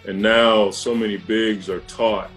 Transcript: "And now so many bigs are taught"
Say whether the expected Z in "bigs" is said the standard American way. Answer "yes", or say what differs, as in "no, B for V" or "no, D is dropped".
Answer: yes